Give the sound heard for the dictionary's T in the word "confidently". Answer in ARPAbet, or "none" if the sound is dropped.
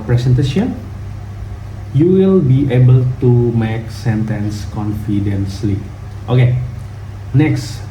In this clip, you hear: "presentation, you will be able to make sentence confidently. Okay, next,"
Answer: S